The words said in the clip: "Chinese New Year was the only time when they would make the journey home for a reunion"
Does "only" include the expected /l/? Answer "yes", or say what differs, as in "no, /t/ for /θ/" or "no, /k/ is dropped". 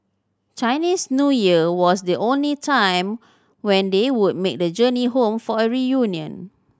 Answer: yes